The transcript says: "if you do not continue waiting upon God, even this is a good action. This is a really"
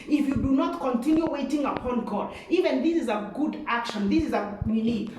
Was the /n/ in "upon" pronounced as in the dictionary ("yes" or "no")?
yes